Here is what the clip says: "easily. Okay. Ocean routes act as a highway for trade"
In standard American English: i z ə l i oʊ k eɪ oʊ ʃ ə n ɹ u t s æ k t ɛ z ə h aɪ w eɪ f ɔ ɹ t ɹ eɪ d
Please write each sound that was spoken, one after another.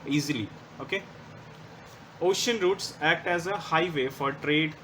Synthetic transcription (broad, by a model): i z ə l i oʊ k eɪ oʊ ʃ ə n ɹ u t s æ k t ɛ z ə h aɪ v eɪ f ɔ ɹ t ɹ eɪ d